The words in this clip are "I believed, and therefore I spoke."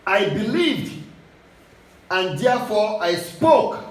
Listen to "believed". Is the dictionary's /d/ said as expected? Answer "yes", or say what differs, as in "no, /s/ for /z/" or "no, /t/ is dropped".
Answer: yes